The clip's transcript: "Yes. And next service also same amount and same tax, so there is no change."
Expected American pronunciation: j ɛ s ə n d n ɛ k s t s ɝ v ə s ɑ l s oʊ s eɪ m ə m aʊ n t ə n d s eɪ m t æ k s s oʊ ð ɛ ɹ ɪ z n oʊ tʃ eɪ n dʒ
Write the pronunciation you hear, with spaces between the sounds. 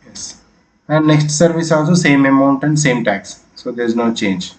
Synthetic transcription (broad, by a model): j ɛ s ə n d n ɛ k s t s ɝ v ə s ɑ l s oʊ s eɪ m ə m aʊ n t ə n d s eɪ m t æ k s s oʊ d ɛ ɹ ɪ z n oʊ tʃ eɪ n dʒ